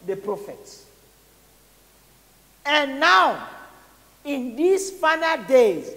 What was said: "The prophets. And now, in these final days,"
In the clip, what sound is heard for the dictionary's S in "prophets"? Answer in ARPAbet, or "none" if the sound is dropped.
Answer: S